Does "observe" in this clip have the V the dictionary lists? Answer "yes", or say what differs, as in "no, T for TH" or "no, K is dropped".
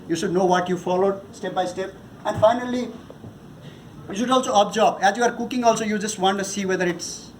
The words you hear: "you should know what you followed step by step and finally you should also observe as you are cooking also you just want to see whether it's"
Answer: no, B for V